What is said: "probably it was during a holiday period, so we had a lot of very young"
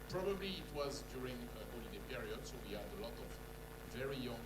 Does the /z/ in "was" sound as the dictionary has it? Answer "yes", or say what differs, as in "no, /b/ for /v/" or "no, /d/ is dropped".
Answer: yes